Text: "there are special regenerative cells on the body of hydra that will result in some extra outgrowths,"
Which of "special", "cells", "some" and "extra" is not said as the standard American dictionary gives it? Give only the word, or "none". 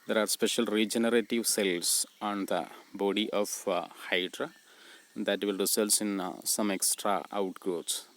cells